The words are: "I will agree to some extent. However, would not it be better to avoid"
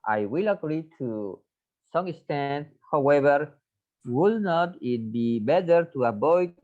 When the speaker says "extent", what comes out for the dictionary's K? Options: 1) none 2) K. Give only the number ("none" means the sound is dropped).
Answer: 1